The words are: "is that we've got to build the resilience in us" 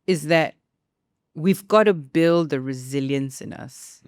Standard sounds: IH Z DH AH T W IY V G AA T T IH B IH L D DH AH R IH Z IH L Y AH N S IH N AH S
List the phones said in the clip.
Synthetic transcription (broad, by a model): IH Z DH AH T W IY V G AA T T IH B IH L D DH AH R IH Z IH L Y AH N S IH N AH S